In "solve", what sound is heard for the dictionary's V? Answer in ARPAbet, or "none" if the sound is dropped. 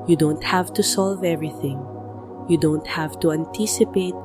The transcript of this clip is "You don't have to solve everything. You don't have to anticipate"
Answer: V